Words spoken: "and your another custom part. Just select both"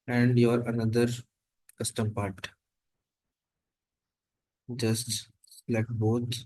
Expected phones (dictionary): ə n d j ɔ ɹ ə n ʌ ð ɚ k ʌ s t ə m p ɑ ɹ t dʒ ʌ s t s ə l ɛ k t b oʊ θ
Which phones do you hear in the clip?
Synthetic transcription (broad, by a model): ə n d j ɔ ɹ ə n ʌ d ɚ k ʌ s t ə m p ɑ ɹ t dʒ ʌ s t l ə ɪ k b oʊ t